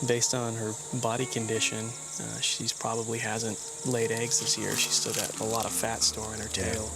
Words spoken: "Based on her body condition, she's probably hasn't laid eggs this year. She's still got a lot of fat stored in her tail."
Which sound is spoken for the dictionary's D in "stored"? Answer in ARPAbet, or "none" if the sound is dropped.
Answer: none